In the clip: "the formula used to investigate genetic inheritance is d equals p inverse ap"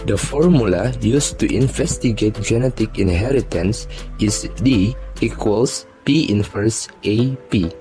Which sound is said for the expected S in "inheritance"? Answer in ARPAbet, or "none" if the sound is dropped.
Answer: S